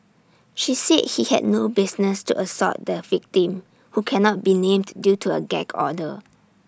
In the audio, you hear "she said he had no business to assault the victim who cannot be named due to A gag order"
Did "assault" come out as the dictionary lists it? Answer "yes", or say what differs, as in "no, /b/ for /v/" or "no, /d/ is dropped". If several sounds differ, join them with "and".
no, /l/ is dropped